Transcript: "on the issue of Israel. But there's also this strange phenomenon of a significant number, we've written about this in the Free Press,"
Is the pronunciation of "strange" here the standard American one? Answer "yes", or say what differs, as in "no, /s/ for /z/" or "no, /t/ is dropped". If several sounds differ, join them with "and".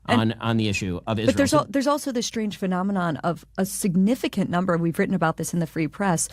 no, /ʒ/ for /dʒ/